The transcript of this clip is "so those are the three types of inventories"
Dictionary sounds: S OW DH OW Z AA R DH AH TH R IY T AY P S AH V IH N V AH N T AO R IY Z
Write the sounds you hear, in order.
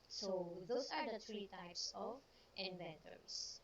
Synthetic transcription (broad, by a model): S OW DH OW S AA R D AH T R IY T AY P S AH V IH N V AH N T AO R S